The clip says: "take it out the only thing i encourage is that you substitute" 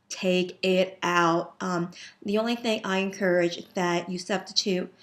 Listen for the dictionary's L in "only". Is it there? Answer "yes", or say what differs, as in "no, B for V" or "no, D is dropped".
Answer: yes